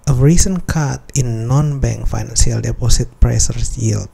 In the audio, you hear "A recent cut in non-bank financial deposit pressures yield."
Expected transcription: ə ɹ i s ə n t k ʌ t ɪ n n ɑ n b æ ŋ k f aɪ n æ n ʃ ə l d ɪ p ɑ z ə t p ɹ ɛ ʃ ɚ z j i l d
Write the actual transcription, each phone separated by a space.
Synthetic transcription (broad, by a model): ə ɹ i s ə n k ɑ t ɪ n n ɑ n b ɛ ŋ k f aɪ n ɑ n s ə l d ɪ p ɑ s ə t p ɹ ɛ s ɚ s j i l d